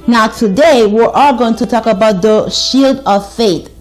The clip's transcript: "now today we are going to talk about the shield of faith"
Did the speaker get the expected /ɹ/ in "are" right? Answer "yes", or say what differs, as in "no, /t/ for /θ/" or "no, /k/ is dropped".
no, /l/ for /ɹ/